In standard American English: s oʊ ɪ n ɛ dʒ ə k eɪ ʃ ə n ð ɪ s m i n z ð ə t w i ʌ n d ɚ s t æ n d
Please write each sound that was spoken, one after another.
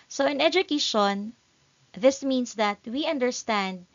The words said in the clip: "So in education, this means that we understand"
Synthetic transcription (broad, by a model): s oʊ ɪ n ɛ dʒ ə k eɪ ʃ ə n ð ɪ s m i n s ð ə t w i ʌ n d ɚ s t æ n d